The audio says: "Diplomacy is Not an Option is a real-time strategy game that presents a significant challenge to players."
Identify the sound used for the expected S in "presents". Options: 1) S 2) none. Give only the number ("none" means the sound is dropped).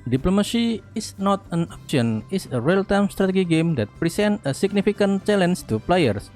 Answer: 2